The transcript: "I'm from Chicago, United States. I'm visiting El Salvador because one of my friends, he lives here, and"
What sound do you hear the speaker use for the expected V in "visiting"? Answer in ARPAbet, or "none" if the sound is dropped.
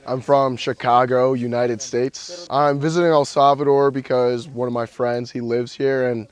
V